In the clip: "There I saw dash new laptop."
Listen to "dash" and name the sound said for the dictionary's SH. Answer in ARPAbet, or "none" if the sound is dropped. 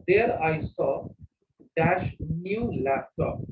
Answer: SH